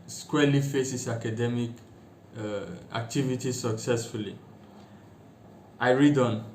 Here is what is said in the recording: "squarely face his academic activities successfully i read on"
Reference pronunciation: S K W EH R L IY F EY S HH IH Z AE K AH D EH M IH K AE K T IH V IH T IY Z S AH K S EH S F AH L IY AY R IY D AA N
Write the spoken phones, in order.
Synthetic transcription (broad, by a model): S K W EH L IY F EY S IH S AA K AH D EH M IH K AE K T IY V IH T IY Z S AH K S EH S F AH L IY AY R IY D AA N